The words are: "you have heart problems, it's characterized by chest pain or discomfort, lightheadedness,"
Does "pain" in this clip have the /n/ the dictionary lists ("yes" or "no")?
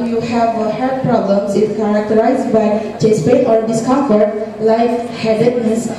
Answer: no